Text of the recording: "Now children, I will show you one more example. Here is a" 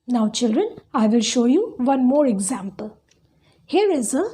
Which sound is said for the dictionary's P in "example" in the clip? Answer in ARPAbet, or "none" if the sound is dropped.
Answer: P